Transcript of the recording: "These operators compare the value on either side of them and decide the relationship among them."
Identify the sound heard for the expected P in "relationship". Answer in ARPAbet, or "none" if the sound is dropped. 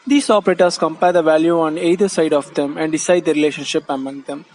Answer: P